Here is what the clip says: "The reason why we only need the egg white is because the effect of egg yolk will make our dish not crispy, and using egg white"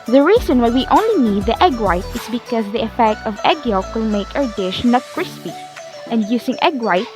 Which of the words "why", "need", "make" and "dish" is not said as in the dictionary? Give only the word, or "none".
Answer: none